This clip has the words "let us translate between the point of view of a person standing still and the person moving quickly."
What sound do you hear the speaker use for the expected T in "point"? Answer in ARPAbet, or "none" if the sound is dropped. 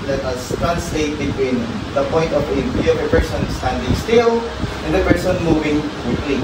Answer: T